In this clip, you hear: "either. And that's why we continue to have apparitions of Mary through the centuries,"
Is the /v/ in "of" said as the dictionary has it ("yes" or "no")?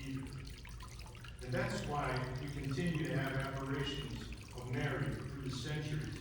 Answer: yes